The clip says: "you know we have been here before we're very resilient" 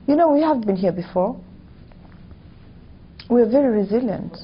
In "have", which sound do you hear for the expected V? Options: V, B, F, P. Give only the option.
V